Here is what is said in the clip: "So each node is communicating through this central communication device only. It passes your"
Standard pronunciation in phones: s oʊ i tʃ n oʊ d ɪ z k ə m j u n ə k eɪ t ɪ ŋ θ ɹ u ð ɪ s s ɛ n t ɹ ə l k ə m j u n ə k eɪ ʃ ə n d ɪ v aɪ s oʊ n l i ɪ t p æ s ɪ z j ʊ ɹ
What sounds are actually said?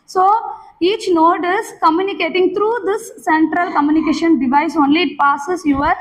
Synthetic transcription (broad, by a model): s oʊ i tʃ n oʊ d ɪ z k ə m j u n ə k eɪ t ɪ ŋ t ɹ u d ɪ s s ɛ n t ɹ ə l k ə m j u n ə k eɪ ʃ ə n d ɪ v aɪ s oʊ n l i ɪ t p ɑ s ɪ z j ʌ ɹ